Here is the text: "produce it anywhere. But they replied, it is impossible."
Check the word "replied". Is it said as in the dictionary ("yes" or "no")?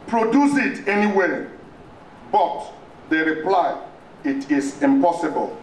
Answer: no